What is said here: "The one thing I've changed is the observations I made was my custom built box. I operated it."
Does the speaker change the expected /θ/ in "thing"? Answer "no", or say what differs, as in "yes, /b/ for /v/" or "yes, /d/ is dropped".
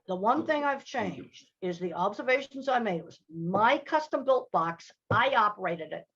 no